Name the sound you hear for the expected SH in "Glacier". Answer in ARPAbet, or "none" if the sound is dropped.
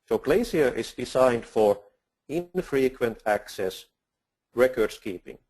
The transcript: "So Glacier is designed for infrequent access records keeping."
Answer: S